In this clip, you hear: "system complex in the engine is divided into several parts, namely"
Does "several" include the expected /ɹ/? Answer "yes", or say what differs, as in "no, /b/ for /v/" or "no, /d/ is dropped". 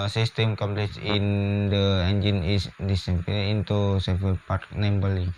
no, /ɹ/ is dropped